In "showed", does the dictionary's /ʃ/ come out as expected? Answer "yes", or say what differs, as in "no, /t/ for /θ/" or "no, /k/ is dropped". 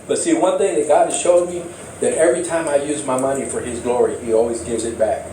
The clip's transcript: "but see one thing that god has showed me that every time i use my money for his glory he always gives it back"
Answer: yes